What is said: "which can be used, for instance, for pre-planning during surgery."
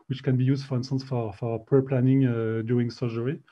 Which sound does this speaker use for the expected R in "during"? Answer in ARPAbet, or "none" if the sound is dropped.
none